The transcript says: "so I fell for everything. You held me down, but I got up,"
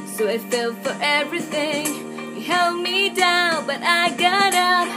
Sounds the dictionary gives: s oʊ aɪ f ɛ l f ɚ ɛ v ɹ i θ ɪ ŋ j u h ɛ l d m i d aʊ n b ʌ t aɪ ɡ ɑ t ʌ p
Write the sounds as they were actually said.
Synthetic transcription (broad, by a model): s oʊ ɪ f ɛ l f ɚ ɛ v ɹ i θ ɪ ŋ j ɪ h ɛ l d m i d aʊ n b ʌ t aɪ ɡ ɑ t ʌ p